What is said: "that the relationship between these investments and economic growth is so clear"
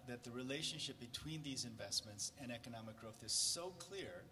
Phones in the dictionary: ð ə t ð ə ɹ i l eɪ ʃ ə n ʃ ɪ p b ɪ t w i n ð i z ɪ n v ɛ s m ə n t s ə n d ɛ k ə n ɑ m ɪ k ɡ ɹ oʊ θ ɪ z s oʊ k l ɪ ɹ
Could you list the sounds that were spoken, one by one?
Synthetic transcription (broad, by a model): ð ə t ð ə ɹ i l eɪ ʃ ə n ʃ ɪ p b ɪ t w i n ð i z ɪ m v ɛ s m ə n t s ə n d ɛ k ə n ɑ m ɪ k ɡ ɹ oʊ θ ɪ z s oʊ k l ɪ ɹ